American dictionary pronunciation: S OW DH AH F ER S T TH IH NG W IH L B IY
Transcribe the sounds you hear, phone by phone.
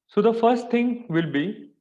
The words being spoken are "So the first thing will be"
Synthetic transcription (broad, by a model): S OW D AH F ER S T T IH NG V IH L B IY